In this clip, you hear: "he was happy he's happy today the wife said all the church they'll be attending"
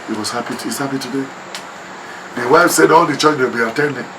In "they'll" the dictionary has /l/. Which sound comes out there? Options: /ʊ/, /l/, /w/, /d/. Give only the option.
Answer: /w/